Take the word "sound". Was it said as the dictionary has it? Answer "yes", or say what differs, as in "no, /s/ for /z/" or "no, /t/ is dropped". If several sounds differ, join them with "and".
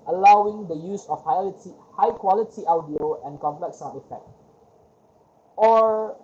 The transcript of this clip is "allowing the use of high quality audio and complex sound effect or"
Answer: no, /d/ is dropped